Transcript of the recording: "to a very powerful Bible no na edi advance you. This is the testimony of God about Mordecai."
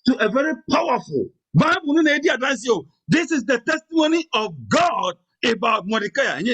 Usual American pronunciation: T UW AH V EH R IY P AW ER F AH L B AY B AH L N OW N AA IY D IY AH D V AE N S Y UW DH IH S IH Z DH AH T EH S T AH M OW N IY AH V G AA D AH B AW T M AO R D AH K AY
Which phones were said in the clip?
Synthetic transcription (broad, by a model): T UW AH V EH R IY P AW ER F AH L B AY B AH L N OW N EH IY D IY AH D AA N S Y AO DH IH S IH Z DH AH T EH S T AH M OW N IY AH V G AA D AH B AW T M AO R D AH K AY